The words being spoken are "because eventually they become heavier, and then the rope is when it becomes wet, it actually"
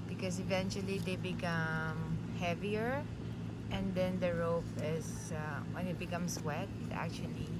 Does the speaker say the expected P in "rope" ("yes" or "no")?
no